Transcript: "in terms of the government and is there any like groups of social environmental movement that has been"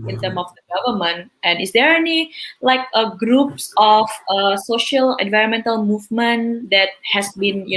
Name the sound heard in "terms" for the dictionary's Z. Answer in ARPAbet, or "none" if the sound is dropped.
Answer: none